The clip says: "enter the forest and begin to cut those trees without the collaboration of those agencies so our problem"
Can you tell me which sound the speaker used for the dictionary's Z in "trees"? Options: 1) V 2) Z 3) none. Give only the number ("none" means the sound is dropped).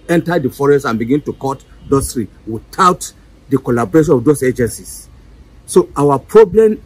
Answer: 3